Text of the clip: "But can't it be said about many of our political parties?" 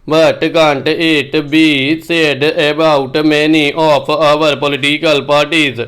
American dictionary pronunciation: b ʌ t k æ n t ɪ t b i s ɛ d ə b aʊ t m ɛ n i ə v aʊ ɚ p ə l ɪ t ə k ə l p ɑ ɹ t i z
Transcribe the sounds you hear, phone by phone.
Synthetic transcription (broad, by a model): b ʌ t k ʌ n t ɪ t b i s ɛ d ə b aʊ t m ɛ n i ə p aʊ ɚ p ə l ɪ t ə k ə l p ɑ ɹ t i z